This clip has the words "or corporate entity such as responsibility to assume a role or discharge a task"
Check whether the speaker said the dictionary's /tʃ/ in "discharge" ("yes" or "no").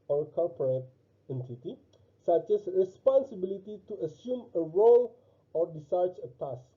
no